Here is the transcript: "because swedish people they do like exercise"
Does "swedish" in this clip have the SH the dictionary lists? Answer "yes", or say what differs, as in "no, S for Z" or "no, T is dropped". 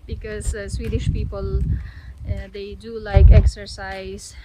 yes